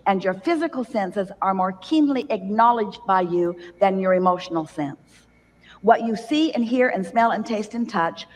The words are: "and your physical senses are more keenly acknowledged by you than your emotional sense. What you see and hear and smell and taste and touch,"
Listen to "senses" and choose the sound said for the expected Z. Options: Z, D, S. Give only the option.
Z